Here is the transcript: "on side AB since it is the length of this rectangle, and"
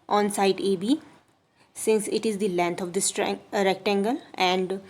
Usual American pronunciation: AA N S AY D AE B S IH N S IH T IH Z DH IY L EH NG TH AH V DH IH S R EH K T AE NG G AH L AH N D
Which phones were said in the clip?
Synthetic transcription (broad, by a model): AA N S AY D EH B S IH N S IH T IH Z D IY L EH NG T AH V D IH S R EH K T AE NG G AH L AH N D